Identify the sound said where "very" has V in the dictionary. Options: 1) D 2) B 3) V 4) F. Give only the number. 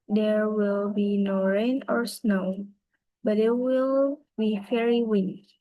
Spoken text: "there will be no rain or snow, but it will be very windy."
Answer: 4